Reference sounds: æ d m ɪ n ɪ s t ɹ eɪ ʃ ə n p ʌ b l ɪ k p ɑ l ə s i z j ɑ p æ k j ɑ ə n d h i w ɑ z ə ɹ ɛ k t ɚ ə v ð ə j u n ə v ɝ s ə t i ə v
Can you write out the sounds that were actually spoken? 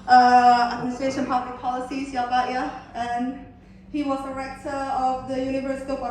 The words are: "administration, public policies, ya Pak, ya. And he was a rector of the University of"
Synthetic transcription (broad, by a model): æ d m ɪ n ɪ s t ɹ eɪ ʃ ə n p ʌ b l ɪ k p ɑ l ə s i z j ɑ b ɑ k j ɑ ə n h i w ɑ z ə ɹ ɛ k t ɚ ə v ð ə j u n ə v ɝ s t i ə